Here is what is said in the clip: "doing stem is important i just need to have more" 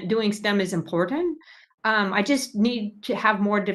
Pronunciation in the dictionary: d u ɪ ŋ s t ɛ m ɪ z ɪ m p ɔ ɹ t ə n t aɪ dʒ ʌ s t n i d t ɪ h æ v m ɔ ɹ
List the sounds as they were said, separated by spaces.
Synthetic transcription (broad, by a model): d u ɪ ŋ s t ɛ m ɪ z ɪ m p ɔ ɹ t n t aɪ dʒ ʌ s t n i d t ɪ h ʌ v m ɔ ɹ